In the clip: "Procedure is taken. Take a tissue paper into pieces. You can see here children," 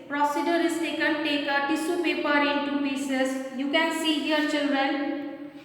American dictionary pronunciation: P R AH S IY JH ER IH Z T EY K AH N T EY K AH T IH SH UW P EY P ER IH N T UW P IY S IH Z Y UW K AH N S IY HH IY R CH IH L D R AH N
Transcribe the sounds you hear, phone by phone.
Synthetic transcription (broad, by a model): P R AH S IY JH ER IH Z T EY K AH N T EY K AH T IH S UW P EY P ER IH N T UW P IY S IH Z Y UW K AH N S IY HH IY R CH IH L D R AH N